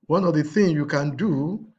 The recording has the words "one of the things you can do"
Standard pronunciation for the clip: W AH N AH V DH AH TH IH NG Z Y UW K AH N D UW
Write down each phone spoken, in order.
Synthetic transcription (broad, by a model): W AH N AH V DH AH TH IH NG Y UW K AH N D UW